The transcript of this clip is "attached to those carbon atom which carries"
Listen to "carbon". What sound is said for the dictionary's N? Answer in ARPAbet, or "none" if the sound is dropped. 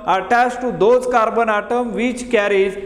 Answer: N